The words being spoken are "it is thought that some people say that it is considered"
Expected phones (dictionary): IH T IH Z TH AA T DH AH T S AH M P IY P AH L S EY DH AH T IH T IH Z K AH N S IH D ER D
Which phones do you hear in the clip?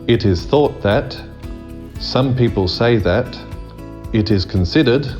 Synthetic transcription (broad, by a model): IH T IH Z TH AA T DH AH T S AH M P IY P AH L S EY DH AH T IH T IH Z K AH N S IH D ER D